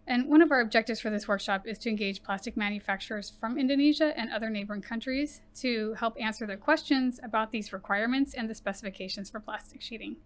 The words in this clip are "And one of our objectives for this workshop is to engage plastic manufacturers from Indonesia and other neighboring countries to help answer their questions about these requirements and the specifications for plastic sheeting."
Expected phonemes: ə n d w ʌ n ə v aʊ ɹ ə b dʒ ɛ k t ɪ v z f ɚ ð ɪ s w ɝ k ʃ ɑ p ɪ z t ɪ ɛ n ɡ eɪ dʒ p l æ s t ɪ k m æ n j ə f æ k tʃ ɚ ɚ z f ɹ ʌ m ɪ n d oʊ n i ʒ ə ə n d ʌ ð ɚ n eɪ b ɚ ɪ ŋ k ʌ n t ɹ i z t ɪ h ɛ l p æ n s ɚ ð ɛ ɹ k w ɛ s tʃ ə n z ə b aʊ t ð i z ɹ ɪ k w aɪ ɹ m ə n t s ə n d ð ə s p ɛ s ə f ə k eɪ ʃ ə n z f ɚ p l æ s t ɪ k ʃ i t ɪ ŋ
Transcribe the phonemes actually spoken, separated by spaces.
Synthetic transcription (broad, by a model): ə n w ʌ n ə v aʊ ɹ ə b dʒ ɛ k t ɪ v z f ɚ ð ɪ s w ɝ k ʃ ɑ p ɪ z t ɪ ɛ n ɡ eɪ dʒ p l æ s t ɪ k m æ n j ə f æ k tʃ ɚ ɚ z f ɹ ʌ m ɪ n d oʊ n i ʒ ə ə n ʌ ð ɚ n eɪ b ɚ ɪ ŋ k ʌ n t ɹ i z t ɪ h ɛ l p æ n s ɚ ð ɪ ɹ k w ɛ s tʃ ə n z ə b aʊ t ð i z ɹ ɪ k w aɪ ɹ m ə n t s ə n ð ə s p ɛ s ə f ə k eɪ ʃ ə n z f ɚ p l æ s t ɪ k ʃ i t ɪ ŋ